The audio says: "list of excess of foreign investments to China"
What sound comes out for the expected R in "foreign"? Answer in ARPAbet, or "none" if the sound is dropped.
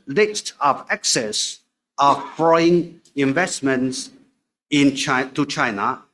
none